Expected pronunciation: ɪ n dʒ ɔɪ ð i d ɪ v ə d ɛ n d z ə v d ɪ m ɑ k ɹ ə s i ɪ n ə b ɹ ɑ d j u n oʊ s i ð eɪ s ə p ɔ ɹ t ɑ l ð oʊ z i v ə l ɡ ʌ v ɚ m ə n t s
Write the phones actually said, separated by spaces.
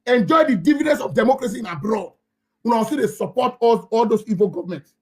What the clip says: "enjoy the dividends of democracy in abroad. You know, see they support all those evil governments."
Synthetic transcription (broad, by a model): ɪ n dʒ ɔɪ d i d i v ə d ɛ n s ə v d ɪ m ɑ k ɹ ə s i ɪ n ə b ɹ ɑ d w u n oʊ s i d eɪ s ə p ɔ t ɑ l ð oʊ s i v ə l ɡ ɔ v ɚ m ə n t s